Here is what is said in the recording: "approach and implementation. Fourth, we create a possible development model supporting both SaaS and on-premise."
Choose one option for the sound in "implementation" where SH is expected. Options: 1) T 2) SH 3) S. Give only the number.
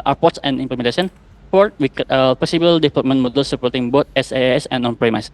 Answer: 3